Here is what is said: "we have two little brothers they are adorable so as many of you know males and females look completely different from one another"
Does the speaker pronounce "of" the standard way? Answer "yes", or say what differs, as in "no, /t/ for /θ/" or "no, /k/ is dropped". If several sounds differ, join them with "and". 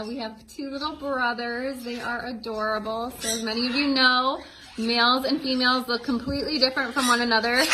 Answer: yes